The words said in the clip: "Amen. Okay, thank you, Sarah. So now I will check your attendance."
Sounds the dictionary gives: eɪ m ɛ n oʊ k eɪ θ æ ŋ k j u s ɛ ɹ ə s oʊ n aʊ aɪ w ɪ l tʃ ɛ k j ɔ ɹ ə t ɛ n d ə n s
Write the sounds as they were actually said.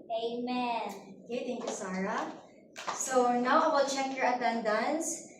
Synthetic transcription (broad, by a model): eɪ m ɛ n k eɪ t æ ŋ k j u s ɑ ɹ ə s oʊ n aʊ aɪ w ɪ l tʃ ɛ k j ɔ ɹ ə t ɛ n d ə n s